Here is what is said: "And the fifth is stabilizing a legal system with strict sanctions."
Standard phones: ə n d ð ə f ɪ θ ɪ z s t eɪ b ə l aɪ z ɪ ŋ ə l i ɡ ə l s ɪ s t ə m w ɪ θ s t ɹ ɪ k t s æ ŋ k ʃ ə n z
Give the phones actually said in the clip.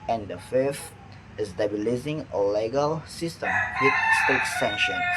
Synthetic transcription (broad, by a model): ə n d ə f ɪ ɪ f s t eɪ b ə l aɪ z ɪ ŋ ə l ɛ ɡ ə l s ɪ s t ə m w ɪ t s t ɛ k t s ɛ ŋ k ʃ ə n